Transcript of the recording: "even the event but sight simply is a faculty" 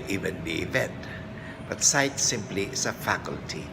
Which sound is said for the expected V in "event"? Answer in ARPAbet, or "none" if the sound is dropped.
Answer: V